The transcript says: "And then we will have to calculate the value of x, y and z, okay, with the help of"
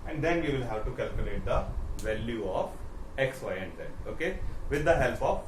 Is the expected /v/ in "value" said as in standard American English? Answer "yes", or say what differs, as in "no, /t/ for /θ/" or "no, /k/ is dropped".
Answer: yes